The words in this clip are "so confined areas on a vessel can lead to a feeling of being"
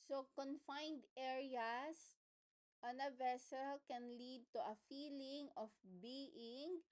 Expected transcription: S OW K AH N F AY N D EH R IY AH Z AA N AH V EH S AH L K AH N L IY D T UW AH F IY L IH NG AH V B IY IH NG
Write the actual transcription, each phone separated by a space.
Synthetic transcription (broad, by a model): S OW K AH N F AY N D EH R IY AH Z AA N AH V EH S AH L K AH N L IY D T UW AH F IY L IH NG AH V B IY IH NG